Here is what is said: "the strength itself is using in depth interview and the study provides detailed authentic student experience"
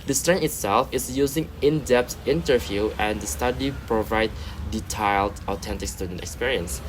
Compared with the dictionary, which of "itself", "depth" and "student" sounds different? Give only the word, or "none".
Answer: depth